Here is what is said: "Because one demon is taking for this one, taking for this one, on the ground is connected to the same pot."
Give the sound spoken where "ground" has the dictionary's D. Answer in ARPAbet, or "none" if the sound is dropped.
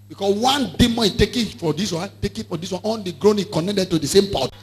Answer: none